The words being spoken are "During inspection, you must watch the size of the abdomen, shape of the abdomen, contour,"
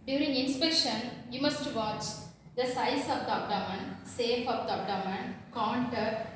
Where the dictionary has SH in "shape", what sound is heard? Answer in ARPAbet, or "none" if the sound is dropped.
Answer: S